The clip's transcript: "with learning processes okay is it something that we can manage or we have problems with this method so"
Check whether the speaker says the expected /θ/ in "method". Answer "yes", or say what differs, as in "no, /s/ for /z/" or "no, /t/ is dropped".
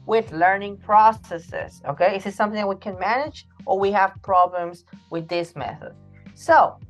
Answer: yes